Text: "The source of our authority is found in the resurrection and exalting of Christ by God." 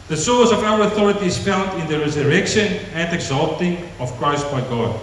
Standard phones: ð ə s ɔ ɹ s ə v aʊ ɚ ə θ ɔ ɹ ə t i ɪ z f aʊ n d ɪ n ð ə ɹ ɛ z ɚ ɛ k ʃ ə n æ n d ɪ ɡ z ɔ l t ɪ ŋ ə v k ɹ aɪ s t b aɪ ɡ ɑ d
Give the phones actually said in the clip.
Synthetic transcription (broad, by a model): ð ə s ɔ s ə v aʊ ɚ ə θ ɔ ɹ ə t i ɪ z f aʊ n d ɪ n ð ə ɹ ɛ z ɚ ɛ k ʃ ə n æ n d ɪ ɡ z ɔ l t ɪ ŋ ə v k ɹ aɪ s t b aɪ ɡ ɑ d